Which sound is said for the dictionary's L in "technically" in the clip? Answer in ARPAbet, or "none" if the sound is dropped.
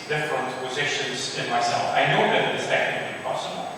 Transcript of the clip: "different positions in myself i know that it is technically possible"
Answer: none